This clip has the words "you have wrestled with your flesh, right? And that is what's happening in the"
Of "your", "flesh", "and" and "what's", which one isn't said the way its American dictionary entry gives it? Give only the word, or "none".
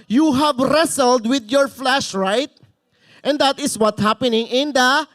what's